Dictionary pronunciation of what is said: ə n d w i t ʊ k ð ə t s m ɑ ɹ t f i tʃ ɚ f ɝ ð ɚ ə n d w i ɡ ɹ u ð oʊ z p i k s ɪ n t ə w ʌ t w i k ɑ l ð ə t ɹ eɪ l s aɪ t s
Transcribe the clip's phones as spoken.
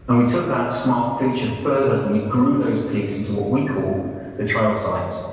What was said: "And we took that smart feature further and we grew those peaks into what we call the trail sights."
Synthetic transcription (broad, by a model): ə n w i t ʊ k ð ə t s m ɑ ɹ t f i tʃ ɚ f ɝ ð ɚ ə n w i ɡ ɹ u ð oʊ z p i k s ɪ n t ə w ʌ t w i k ɑ l ð ə t ɹ eɪ l s aɪ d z